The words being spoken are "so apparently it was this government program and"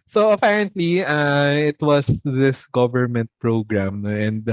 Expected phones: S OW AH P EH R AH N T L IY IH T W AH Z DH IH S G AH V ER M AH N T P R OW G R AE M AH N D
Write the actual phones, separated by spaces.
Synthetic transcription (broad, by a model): S OW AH P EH R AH N T L IY IH T W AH S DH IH S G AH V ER M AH N T P R OW G R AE M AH N D